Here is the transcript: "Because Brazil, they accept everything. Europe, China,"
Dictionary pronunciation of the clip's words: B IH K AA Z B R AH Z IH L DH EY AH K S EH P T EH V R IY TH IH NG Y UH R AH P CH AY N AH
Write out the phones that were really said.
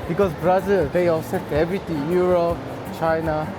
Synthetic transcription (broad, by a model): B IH K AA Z B R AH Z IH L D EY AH S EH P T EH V R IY T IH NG Y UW R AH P CH AY N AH